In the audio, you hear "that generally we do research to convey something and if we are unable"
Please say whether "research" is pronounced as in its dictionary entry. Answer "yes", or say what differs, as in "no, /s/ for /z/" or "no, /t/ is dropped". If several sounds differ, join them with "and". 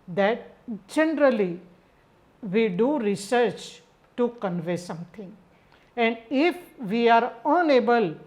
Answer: yes